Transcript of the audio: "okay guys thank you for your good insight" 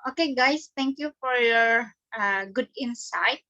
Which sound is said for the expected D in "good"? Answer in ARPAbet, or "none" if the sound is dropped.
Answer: D